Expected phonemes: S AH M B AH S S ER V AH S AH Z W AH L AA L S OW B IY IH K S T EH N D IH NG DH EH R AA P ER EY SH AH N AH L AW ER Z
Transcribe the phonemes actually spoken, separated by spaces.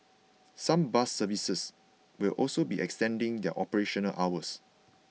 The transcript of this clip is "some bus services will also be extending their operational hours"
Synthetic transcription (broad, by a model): S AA M B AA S S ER V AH S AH S W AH L AA L S OW B IY IH K S T EH N D IH NG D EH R AA P ER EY SH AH N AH L AW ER S